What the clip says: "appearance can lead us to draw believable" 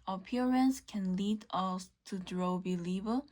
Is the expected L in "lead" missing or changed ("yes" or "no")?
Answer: no